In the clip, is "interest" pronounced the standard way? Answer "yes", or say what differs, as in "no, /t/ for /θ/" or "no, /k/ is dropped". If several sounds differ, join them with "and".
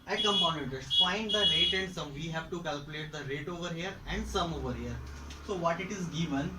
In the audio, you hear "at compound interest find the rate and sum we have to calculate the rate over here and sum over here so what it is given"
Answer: no, /n/ is dropped